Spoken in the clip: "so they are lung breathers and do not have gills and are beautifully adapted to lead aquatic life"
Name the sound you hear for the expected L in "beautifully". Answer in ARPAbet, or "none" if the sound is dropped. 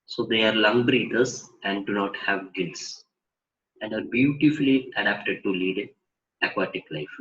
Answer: L